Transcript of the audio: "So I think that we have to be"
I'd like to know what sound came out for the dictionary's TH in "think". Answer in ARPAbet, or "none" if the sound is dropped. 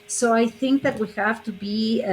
TH